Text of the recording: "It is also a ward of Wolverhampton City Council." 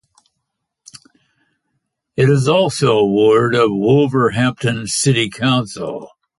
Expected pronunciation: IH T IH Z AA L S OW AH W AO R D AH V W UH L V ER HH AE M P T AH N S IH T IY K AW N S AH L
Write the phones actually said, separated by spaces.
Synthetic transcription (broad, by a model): IH T IH Z AA L S OW AH W AO R D AH V W UH L V ER HH AE M P T AH N S IH T IY K AW N S L